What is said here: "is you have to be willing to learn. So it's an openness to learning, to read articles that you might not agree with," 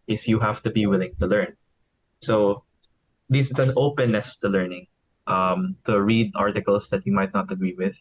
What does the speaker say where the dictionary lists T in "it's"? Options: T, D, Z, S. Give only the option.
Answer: S